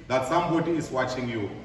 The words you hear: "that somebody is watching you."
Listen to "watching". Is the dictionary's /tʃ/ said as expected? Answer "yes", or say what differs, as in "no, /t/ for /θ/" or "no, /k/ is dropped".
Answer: yes